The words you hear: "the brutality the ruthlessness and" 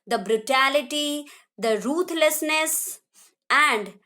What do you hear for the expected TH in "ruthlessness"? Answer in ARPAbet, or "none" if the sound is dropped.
T